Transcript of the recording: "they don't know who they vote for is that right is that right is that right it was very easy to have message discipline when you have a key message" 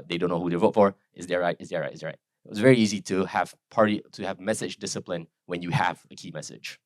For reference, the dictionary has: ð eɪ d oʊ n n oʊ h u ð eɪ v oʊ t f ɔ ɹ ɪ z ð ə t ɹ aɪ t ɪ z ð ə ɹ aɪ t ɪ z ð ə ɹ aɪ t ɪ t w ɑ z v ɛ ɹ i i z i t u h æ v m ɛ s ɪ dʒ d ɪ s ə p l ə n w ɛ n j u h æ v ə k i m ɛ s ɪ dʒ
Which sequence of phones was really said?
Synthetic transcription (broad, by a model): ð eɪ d oʊ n n oʊ h u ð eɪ v oʊ t f ɔ ɹ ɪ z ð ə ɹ ɹ aɪ t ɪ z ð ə ɹ aɪ t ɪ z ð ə ɹ aɪ t ɪ t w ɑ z v ɛ ɹ i i z i t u h æ v m ɛ s ɪ dʒ d ɪ s ə p l ə n w ɛ n j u h æ v ə k i m ɛ s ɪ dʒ